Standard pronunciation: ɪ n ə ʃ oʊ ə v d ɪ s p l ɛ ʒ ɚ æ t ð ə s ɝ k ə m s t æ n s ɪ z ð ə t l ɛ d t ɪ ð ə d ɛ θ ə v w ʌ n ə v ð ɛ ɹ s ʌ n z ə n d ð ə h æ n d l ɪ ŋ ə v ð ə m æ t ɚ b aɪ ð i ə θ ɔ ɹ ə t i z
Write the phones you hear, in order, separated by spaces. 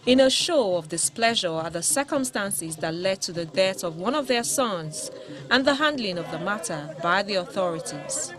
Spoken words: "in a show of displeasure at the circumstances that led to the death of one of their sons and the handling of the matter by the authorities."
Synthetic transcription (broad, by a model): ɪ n ə ʃ oʊ ə v d ɪ s p l ɛ ʒ ɚ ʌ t ð ə s ɝ k ə m s t æ n s ɪ z ð ə t l ɛ d t ɪ ð ə d ɛ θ ə v w ʌ n ə v ð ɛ ɹ s ʌ n z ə n ð ə h æ n d l ɪ ŋ ə v ð ə m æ t ɚ b aɪ ð i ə θ ɔ ɹ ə t i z